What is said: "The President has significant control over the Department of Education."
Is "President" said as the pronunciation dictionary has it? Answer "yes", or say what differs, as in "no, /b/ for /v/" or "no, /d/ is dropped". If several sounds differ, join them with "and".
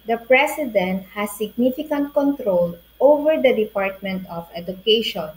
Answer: no, /s/ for /z/